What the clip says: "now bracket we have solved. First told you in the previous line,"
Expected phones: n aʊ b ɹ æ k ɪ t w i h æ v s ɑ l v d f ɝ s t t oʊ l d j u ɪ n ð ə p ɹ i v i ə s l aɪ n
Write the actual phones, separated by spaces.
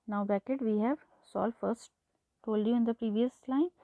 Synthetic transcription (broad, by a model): n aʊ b æ k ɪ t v i h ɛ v s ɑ l f ɝ s t t oʊ l d j u ɪ n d ə p ɹ i v i ə s l aɪ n